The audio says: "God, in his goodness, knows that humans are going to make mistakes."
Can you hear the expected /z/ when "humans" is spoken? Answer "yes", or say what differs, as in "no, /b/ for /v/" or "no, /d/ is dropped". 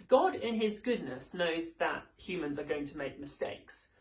yes